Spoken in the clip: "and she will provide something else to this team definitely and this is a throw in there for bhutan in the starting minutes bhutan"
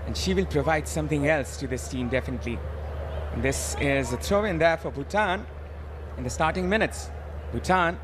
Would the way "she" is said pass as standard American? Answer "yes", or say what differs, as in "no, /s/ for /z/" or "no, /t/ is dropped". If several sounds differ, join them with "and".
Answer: yes